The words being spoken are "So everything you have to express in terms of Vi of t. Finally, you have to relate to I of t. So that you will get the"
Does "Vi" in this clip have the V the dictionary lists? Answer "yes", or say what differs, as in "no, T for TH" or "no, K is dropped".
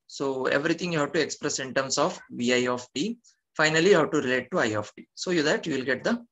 yes